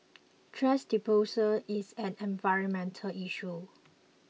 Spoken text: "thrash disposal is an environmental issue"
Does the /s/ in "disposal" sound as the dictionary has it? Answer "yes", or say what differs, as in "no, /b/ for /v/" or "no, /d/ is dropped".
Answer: no, /s/ is dropped